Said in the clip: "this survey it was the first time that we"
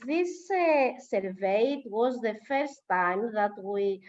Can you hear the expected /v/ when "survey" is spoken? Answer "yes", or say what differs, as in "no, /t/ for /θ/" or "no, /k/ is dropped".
yes